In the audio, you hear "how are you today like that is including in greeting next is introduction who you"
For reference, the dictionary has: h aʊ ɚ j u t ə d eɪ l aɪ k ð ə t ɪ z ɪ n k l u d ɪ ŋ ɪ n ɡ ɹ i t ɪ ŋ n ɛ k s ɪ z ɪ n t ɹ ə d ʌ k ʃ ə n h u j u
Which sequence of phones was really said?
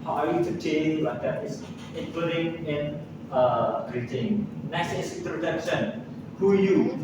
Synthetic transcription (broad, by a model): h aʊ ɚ j u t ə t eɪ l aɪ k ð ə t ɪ s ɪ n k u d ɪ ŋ ɪ n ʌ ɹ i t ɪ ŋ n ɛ s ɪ s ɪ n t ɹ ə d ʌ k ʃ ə n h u j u